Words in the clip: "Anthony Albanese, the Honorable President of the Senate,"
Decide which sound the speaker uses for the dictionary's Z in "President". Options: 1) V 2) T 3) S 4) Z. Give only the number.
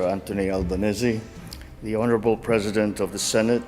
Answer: 4